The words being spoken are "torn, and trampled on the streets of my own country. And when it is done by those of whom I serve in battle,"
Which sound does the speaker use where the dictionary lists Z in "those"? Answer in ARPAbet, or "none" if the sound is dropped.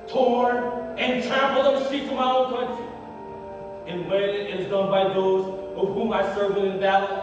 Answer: Z